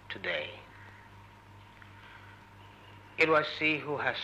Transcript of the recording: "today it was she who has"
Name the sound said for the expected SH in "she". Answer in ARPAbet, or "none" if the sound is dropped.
S